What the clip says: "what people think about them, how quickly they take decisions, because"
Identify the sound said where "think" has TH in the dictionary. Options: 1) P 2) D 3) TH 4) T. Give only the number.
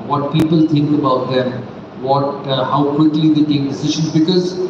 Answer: 4